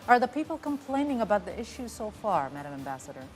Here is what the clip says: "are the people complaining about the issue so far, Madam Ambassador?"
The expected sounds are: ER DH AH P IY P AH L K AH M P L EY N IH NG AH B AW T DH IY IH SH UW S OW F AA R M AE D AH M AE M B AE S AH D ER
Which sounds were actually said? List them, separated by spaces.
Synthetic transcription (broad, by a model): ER DH AH P IY P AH L K AH M P L EY N IH NG AH B AW T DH IY IH SH UW S OW F AA R M AE D AH M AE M B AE S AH D ER